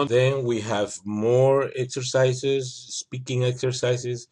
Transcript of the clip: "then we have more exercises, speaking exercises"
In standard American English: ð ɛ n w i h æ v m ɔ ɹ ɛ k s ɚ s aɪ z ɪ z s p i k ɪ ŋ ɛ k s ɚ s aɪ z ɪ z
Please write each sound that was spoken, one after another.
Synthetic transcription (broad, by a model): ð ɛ n w i h æ v m ɔ ɹ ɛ k s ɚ s aɪ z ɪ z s p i k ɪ ŋ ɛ k s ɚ s aɪ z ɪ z